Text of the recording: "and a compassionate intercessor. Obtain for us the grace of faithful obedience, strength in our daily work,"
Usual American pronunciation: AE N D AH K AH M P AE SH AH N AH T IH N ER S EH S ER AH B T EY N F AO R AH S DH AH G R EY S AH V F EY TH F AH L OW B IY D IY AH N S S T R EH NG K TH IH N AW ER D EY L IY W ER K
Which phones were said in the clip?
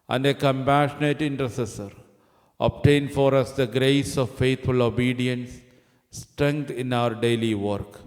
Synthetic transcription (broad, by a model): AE N D AH K AH M P AE SH AH N AH T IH N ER S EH S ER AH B T EY N F AO R AH S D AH G R EY S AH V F EY T F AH L OW B IY D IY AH N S S T R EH NG K T IH N AW ER D EY L IY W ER K